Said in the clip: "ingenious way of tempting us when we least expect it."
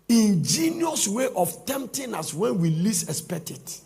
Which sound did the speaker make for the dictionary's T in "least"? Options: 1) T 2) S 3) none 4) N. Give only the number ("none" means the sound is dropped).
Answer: 3